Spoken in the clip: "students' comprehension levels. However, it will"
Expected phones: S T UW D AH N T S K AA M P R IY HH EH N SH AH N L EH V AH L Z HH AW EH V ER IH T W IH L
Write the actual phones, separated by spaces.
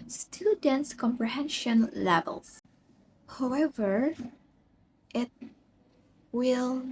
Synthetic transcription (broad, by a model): S T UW D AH N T S K AA M P R IY HH EH N SH AH N L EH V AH L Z HH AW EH V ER IH T W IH L